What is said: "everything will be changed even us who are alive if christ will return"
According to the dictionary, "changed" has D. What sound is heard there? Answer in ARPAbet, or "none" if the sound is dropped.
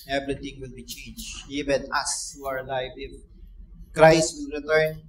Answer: none